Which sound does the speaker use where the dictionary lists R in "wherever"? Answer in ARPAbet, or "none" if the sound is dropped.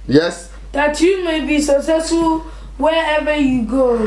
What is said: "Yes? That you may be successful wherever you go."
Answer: none